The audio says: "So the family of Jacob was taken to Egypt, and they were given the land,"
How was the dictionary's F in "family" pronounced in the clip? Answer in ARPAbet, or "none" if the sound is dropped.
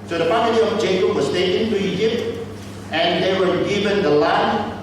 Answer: P